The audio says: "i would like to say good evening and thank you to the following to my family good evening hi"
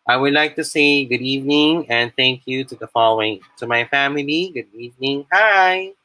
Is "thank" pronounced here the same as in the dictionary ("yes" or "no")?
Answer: yes